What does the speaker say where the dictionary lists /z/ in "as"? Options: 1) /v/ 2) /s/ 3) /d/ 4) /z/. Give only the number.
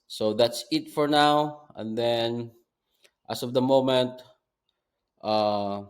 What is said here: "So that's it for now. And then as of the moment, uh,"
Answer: 2